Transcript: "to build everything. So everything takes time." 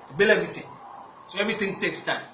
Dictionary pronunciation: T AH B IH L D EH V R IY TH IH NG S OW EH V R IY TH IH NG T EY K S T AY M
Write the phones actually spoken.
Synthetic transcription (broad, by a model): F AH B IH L EH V R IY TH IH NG S OW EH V R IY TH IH NG T EY K S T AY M